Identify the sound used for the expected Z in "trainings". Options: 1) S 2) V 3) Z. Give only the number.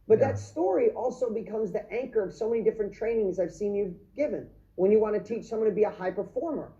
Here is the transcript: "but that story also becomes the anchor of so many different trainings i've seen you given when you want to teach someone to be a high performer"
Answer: 3